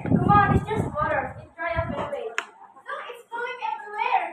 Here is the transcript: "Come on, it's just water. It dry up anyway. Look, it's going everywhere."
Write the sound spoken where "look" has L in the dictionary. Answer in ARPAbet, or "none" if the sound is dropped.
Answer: N